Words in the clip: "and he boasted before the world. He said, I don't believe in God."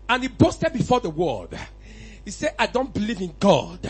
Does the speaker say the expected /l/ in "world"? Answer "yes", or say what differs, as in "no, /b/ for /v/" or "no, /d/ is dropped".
no, /l/ is dropped